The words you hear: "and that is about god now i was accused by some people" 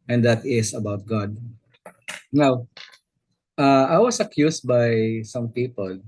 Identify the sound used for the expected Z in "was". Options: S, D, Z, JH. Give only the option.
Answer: S